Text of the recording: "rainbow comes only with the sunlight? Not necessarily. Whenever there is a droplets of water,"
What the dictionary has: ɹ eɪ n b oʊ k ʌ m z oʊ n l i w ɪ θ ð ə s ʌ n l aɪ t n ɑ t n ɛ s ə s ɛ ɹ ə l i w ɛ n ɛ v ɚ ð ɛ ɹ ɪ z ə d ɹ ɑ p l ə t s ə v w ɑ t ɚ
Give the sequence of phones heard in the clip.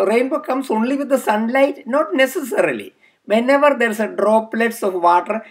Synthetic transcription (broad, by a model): ɹ eɪ n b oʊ k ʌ m s oʊ n l i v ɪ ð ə s ʌ n l aɪ t n ɑ t n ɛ s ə s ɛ ɹ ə l i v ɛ n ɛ v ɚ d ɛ ɹ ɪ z ə d ɹ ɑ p l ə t s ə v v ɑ t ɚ